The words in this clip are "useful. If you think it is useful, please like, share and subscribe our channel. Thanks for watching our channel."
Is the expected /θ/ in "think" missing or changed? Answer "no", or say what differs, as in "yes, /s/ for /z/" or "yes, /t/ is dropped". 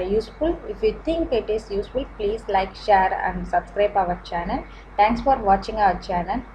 yes, /t/ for /θ/